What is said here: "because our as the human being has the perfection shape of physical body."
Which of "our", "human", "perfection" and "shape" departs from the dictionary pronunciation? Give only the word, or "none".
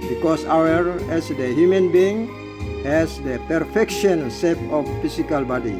shape